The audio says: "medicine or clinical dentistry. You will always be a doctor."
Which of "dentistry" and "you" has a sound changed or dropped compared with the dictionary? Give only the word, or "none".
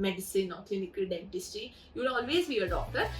dentistry